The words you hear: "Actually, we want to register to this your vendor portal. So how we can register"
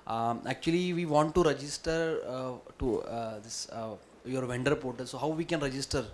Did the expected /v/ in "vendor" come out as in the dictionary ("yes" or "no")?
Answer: yes